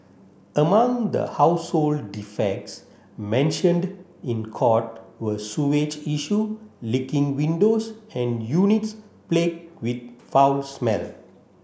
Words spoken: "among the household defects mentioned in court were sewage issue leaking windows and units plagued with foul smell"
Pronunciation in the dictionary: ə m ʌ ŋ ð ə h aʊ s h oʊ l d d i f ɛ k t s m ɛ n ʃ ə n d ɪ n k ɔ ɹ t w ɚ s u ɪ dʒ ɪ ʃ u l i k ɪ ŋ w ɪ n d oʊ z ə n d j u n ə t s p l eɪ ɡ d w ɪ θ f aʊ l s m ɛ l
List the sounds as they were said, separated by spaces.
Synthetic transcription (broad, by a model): ə m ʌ ŋ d ə h aʊ s h oʊ l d d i f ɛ k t s m ɛ n ʃ ə n d ɪ n k ɔ t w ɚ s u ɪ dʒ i ʃ u l i k ɪ ŋ w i n d oʊ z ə n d j u n ə t s p l eɪ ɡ w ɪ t f aʊ l s m ɛ l